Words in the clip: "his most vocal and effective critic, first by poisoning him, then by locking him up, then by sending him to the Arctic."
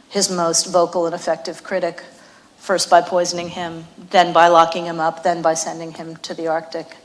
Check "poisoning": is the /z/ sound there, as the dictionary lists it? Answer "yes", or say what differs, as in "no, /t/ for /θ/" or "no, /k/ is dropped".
yes